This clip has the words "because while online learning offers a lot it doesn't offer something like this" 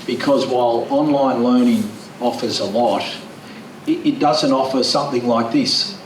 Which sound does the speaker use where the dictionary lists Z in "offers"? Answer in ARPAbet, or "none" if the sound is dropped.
Z